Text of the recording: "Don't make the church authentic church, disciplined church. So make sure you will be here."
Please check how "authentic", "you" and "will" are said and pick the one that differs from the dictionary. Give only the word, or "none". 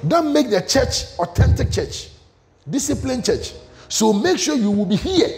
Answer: authentic